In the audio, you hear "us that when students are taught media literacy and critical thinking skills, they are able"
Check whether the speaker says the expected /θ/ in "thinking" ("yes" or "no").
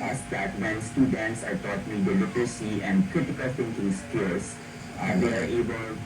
no